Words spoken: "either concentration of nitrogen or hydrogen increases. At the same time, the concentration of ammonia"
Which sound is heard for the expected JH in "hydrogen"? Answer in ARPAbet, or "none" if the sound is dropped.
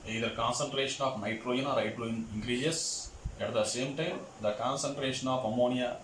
none